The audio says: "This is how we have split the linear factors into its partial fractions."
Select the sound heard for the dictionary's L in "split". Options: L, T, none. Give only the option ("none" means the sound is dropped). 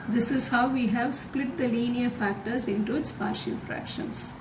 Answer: L